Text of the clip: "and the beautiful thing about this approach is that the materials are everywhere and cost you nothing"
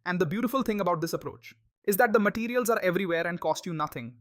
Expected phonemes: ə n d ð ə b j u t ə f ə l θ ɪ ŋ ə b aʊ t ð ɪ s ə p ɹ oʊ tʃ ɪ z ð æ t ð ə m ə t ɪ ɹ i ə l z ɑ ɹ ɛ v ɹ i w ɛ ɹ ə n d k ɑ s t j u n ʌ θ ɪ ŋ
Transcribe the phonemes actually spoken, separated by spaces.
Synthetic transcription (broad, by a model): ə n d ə b j u t ə f ə l t ɪ ŋ ə b aʊ t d ɪ s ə p ɹ oʊ tʃ ɪ z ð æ t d ə m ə t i ɹ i ə l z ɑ ɹ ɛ v ɹ i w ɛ ɹ ə n d k ɑ s t j u n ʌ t ɪ ŋ